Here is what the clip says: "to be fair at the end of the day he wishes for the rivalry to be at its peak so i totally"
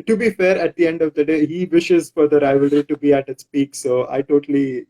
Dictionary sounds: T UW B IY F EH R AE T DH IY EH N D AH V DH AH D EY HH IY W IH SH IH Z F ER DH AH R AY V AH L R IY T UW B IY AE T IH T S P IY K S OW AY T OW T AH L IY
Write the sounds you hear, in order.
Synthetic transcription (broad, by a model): T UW B IY F EH R AE T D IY EH N D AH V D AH D EY HH IY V IH SH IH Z F ER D AH R AY V AH L R IY T UW B IY AE T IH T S P IY K S OW AY T OW T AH L IY